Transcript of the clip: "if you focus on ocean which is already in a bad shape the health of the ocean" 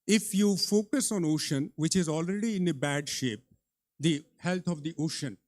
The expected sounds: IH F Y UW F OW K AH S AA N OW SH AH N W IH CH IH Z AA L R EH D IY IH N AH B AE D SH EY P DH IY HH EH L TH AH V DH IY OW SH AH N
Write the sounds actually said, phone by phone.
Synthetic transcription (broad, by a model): IH F Y UW F OW K AH S AA N OW SH AH N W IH CH IH Z AA L R EH D IY IH N AH B AE D SH EY P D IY HH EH L T AH V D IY OW SH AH N